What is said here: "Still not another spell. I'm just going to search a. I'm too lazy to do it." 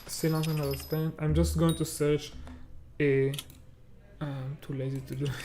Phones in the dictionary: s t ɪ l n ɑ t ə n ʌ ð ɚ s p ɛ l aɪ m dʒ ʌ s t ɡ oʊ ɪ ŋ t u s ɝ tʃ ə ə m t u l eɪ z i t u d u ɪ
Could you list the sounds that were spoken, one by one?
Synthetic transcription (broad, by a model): s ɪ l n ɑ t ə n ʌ ɚ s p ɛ n aɪ m dʒ ʌ s t ɡ oʊ ɪ ŋ t u s ɝ tʃ ə ə m t u l eɪ z i t u d u